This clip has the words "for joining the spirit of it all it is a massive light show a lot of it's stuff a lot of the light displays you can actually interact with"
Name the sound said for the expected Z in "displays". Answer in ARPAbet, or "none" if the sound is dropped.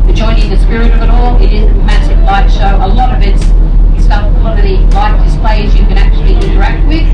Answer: Z